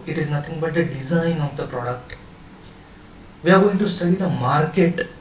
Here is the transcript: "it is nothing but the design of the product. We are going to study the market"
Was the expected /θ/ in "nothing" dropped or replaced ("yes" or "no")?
yes